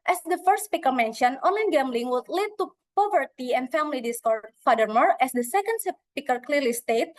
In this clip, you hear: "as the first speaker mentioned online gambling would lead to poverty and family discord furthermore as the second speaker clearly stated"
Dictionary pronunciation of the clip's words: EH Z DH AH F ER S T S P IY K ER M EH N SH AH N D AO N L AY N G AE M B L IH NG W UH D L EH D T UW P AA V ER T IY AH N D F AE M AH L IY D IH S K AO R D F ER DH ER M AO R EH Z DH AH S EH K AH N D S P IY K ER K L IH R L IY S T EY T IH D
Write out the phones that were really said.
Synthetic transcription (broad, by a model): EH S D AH F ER S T S P IY K ER M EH N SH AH N AO N L AY N G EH M B L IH NG W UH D L EH D T UW P AA V ER T IY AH N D F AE M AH L IY D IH S K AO R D F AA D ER M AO R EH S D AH S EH K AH N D S P IY K ER K L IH R L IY S T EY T